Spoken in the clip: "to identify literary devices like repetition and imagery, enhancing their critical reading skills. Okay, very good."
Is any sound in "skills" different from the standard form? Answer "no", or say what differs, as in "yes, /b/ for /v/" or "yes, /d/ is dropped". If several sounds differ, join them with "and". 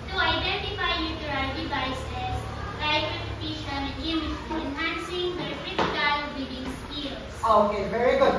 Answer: yes, /s/ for /z/